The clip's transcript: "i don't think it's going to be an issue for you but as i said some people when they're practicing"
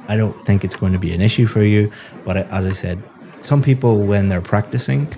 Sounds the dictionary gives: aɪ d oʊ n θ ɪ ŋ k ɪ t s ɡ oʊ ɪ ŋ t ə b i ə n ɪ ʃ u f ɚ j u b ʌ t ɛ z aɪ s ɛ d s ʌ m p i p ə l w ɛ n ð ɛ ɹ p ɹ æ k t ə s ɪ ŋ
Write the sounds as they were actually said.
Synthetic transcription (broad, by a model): aɪ d oʊ n θ ɪ ŋ k ɪ t s ɡ oʊ ɪ ŋ t ə b i ə n ɪ ʃ u f ɚ j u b ʌ t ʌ z aɪ s ɛ d s ʌ m p i p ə l w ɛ n ð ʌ ɹ p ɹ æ k t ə s ɪ ŋ